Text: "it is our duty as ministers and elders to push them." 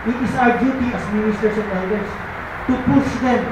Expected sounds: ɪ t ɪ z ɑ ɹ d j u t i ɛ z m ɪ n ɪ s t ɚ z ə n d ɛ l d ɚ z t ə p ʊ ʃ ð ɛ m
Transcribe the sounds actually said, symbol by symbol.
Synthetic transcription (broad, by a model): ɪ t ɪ s ɑ ɹ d j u t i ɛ s m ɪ n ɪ s t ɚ s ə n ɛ d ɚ s t ə p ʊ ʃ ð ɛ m